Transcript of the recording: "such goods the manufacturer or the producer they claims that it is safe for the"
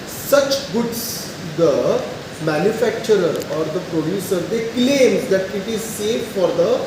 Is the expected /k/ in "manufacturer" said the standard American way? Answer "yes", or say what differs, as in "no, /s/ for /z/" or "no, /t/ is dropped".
yes